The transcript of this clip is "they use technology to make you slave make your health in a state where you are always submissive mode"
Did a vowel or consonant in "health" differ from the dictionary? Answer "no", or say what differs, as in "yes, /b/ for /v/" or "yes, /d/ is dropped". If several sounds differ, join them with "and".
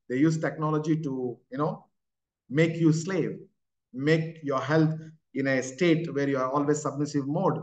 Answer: yes, /t/ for /θ/